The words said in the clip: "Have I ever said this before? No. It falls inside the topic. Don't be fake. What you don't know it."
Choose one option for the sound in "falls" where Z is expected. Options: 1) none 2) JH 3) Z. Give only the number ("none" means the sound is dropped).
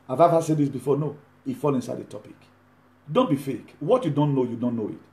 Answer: 1